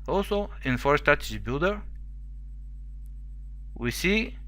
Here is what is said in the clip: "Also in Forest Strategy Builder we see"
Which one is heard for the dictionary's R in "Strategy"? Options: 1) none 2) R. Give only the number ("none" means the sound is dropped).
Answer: 1